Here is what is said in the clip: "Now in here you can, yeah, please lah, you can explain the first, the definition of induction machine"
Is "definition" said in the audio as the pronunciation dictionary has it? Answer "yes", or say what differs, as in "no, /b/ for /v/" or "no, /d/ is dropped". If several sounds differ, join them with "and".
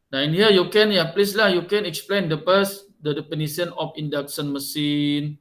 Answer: no, /p/ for /f/